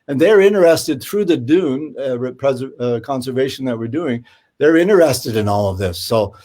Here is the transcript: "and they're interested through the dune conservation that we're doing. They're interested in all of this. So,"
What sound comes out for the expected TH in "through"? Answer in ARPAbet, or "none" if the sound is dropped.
TH